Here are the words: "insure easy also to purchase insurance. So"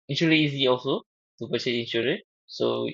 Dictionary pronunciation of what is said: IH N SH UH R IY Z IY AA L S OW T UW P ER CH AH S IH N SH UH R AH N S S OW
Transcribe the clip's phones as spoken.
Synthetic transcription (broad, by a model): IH N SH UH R IY Z IY AA L S OW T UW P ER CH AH IH N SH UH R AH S S OW